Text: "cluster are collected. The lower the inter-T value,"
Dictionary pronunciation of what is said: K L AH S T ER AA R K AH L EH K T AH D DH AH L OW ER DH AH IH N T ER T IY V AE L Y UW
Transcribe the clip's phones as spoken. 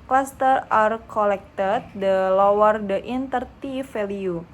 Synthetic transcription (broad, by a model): K L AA S T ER AA R K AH L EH K T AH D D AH L OW ER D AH IH N T ER T IY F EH L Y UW